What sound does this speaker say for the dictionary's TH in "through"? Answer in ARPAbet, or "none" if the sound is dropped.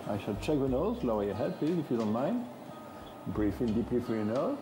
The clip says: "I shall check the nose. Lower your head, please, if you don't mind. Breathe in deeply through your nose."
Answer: F